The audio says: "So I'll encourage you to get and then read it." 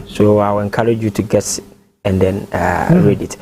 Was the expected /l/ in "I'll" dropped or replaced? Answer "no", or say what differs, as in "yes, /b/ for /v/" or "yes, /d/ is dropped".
yes, /w/ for /l/